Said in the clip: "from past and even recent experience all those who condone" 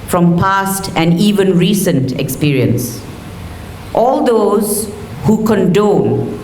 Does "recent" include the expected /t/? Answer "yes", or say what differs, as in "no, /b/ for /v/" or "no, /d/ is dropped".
yes